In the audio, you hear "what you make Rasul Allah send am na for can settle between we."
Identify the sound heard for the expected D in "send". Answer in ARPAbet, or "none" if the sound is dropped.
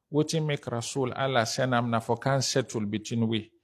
none